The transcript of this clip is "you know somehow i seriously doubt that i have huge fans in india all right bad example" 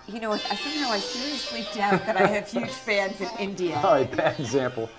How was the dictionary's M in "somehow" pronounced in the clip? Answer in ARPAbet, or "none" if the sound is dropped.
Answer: none